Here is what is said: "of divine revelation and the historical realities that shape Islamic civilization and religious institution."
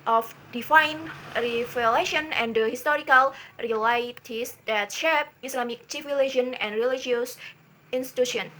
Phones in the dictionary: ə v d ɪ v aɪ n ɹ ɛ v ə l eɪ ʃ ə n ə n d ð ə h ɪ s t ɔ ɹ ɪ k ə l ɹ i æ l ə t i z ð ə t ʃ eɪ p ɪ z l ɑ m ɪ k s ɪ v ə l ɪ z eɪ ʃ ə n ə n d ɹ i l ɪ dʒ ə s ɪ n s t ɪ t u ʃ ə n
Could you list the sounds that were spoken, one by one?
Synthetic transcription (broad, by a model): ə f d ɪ f aɪ n ɹ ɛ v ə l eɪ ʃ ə n ə n d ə h ɪ s t ɔ ɹ ɪ k ə l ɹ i l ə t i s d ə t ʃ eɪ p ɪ s l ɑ m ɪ k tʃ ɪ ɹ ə l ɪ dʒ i ə n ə n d ɹ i l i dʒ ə s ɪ n s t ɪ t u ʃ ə n